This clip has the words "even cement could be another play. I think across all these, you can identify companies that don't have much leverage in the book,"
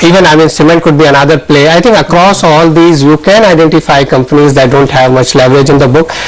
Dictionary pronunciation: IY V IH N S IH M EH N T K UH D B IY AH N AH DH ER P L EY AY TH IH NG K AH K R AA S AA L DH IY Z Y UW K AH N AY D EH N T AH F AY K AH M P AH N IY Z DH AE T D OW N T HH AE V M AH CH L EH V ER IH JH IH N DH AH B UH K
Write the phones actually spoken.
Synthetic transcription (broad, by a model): IY V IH N S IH M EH N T K UH D B IY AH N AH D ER P L EY AY T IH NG K AH K R AA S AA L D IY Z Y UW K AH N AY D EH N T AH F AY K AH M P AH N IY Z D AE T D OW N T HH AE V M AH CH L EH V ER IH JH IH N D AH B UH K